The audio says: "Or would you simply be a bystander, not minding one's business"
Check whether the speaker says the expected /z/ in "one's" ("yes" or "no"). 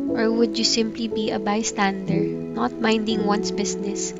no